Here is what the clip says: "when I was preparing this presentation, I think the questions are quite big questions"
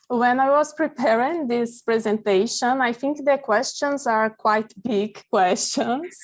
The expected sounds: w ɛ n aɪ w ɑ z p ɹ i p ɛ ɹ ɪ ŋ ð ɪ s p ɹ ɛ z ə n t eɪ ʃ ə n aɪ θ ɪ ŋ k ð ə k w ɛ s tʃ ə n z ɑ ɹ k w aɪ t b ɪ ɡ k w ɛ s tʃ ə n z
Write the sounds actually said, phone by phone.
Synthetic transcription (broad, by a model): w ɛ n aɪ w ɑ z p ɹ i p ɛ ɹ ɪ ŋ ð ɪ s p ɹ ɛ z ə n t eɪ ʃ ə n aɪ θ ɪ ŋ k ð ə k w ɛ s tʃ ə n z ɑ ɹ k w aɪ t b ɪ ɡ k w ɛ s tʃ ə n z